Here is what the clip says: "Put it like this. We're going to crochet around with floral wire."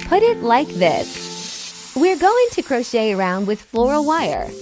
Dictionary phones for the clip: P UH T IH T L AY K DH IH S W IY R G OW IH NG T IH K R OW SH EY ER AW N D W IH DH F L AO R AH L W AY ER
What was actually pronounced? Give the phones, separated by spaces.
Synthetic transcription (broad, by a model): P UH T IH T L AY K DH IH S W IY R G OW IH NG T IH K R OW SH EY ER AW N D W IH DH F L AO R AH W AY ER